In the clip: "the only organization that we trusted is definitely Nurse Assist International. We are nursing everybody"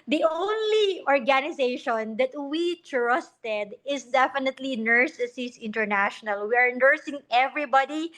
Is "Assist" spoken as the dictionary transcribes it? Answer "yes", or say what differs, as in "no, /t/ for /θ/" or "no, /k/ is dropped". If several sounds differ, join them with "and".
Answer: no, /t/ is dropped